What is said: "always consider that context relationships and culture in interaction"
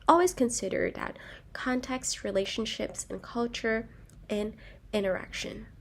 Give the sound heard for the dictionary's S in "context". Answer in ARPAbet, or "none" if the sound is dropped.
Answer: S